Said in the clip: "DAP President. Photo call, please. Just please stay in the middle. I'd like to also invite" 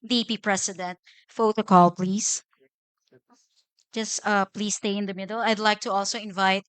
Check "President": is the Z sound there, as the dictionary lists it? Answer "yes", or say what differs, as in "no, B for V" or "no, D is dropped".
no, S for Z